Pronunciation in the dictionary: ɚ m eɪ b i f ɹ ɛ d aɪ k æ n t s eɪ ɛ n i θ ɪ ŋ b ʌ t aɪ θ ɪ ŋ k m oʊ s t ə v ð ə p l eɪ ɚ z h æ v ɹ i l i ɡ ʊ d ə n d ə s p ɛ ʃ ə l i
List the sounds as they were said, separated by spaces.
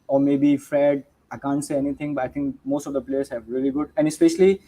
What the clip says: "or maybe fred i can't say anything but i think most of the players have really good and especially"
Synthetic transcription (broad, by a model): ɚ m eɪ b i f ɹ ɛ d aɪ k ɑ n t s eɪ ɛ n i t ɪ ŋ b ʌ t aɪ t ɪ ŋ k m oʊ s t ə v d ə p l eɪ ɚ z h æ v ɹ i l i ɡ ʊ d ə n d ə s p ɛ ʃ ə l i